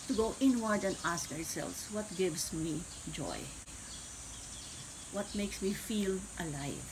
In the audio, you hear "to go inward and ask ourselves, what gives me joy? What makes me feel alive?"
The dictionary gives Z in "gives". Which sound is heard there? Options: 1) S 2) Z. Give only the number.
1